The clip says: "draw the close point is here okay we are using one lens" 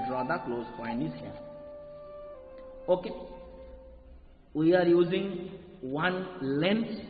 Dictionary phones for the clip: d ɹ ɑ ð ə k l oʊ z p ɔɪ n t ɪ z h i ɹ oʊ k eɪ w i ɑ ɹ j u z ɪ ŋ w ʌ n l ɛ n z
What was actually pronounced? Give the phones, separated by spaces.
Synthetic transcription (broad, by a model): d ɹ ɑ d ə k l oʊ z f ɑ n ɪ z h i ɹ oʊ k eɪ w i ɑ ɹ j u z ɪ ŋ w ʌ n l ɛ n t